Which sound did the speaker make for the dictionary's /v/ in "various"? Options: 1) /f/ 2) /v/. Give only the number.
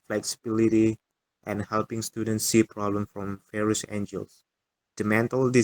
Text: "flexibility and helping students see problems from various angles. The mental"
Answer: 1